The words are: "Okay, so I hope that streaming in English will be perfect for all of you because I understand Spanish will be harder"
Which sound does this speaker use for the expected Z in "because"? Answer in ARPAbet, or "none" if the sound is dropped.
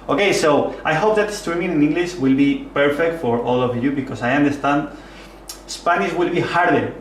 S